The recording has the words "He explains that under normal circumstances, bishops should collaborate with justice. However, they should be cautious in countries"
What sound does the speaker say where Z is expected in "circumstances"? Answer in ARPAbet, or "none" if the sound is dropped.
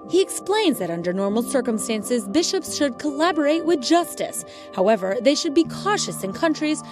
Z